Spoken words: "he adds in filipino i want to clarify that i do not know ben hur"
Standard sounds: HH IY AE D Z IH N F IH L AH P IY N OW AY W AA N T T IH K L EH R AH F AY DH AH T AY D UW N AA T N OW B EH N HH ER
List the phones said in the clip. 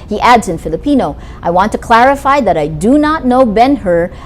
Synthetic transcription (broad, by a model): HH IY AE D Z IH N F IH L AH P IY N OW AY W AA N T T IH K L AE R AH F AY DH AH T AY D UW N AA T N OW B EH N HH ER